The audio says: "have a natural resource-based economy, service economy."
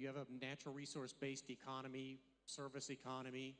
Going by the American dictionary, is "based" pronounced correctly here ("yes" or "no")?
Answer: yes